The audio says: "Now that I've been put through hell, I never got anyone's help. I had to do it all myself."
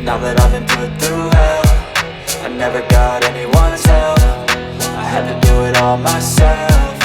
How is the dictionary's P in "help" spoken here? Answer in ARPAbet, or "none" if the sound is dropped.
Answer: F